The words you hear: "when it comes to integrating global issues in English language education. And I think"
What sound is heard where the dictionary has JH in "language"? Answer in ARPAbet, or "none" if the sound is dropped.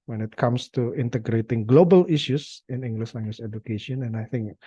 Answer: SH